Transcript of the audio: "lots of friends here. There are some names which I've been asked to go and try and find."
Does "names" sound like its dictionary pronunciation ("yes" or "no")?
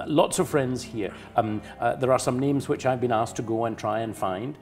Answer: yes